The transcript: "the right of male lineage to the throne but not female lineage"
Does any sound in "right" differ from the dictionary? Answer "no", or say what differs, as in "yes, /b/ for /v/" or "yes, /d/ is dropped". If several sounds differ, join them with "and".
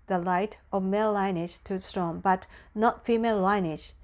yes, /l/ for /ɹ/